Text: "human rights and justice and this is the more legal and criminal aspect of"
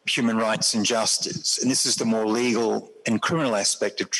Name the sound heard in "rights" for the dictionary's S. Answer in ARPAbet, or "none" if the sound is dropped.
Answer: S